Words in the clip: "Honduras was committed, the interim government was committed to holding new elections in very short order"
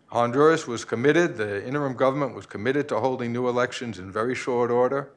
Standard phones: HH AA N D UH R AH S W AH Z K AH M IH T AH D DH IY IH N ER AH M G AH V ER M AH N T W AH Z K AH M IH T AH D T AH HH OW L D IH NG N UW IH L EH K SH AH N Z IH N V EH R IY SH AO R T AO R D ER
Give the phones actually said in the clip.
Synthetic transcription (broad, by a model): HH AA N D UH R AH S W AH Z K AH M IH T AH D DH IY IH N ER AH M G AH V ER M AH N T W AH Z K AH M IH T AH D T AH HH OW L D IH NG N UW IH L EH K SH AH N Z IH N V EH R IY SH AO R T AO R D ER